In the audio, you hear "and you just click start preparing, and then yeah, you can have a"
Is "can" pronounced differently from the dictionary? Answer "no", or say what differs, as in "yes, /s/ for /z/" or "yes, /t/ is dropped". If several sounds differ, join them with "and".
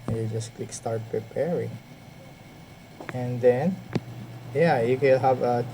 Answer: yes, /l/ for /n/